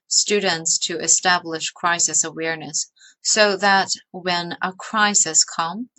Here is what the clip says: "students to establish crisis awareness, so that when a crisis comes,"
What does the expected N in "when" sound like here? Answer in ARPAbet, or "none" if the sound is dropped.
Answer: N